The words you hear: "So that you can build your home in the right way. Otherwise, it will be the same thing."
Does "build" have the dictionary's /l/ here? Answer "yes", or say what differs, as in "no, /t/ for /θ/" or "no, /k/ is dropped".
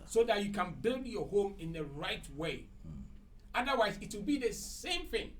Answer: yes